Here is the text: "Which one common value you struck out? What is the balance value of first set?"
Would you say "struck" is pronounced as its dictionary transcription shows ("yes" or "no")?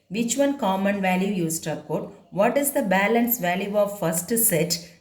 no